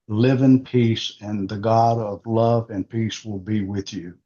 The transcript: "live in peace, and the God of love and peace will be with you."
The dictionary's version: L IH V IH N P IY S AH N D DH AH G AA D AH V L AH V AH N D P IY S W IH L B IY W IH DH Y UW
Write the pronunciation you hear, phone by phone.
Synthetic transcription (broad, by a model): L IH V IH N P IY S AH N DH AH G AA D AH V L AH V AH N P IY S W IH L B IY W IH DH Y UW